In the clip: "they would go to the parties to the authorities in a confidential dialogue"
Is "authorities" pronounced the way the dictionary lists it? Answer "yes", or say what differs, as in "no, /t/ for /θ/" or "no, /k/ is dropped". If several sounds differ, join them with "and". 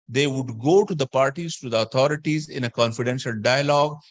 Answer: no, /t/ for /θ/